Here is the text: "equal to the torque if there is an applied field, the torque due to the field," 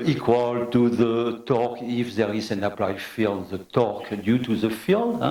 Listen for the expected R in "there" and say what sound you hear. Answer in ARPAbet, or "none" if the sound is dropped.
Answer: R